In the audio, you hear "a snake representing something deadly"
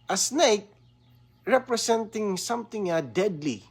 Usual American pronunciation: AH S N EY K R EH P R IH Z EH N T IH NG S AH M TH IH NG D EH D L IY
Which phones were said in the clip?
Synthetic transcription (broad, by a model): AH S N EY K R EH P R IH S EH N T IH NG S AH M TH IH NG D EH D L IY